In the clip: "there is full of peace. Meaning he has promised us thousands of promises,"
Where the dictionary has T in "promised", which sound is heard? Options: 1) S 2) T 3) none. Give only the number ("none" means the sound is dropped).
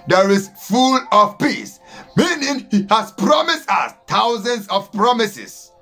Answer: 2